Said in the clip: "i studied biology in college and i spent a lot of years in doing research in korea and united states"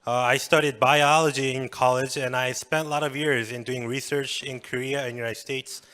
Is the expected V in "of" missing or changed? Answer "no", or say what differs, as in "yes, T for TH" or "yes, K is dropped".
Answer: no